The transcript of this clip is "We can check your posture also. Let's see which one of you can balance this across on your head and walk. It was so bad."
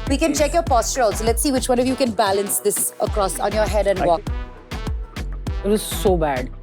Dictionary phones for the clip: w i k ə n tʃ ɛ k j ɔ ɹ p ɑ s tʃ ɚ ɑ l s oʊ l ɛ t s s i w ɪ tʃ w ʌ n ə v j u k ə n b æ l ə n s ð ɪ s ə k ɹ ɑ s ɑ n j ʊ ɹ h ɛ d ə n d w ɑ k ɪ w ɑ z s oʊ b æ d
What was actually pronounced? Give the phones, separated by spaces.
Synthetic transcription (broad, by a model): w i k ə n tʃ ɛ k j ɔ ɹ p ɑ s tʃ ɚ ɑ l s oʊ l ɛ t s s i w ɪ tʃ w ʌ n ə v j u k ə n b æ l ə n s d ɪ s ə k ɹ ɑ s ɑ n j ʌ ɹ h ɛ d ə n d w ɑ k ɪ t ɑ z s oʊ b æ d